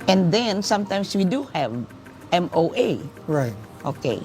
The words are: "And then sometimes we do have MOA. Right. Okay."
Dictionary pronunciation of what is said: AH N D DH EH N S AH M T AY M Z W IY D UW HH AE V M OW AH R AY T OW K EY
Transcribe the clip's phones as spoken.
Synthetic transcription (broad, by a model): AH N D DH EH N S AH M T AY M S W IY D UW HH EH V M OW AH R AY T OW K EY